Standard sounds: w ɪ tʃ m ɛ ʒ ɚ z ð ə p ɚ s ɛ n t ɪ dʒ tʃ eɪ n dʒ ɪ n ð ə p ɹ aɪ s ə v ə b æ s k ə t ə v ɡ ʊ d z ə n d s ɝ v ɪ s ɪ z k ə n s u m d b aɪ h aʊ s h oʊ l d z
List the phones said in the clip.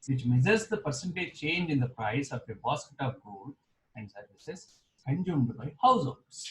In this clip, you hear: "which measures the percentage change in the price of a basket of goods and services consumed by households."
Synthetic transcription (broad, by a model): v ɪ tʃ m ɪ z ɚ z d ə p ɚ s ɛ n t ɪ tʃ eɪ n dʒ ɪ n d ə p ɹ aɪ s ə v ə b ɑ s k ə t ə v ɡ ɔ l ə n d s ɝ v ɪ s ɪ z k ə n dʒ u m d b aɪ h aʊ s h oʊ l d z